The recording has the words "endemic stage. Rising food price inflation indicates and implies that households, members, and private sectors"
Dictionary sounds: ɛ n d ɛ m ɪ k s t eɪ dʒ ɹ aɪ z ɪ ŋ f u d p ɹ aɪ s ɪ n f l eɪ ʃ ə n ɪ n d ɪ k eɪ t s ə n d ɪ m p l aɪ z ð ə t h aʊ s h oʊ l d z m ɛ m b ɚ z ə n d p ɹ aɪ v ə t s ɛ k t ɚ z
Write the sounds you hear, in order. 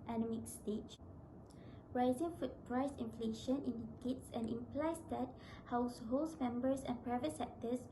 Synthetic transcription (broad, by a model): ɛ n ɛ m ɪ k s t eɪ tʃ ɹ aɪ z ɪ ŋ f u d p ɹ aɪ s ɪ n f l eɪ ʃ ə n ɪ n d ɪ k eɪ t s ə n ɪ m p l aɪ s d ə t h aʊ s h oʊ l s m ɛ m b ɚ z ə n p ɹ aɪ v ə t s ɛ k t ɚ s